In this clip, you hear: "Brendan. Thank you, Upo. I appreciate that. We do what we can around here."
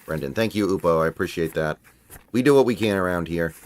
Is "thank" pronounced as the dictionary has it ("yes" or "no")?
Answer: yes